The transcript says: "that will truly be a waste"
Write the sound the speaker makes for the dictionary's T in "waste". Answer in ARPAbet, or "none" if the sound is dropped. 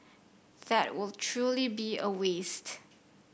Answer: T